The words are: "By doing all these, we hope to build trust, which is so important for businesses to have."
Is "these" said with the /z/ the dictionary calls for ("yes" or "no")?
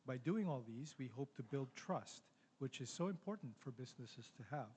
yes